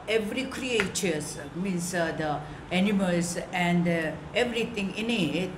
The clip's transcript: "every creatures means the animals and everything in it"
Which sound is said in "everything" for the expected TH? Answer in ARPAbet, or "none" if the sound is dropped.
T